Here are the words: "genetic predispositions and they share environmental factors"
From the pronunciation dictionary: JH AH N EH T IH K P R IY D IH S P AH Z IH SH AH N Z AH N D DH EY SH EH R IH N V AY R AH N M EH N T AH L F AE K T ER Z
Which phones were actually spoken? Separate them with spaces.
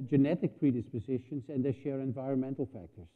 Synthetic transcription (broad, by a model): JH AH N EH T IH K P R IY D IH S P AH Z IH SH AH N Z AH N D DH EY SH EH R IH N V AY R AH N M EH N T L F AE K T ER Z